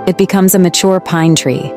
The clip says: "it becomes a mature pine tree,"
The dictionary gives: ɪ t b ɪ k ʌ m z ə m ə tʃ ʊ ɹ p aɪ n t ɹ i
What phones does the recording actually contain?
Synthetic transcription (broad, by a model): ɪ t b ɪ k ʌ m z ə m ə tʃ ʊ ɹ p aɪ n t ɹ i